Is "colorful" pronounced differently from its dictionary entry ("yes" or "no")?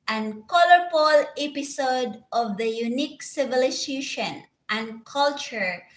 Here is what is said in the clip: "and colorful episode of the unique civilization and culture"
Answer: yes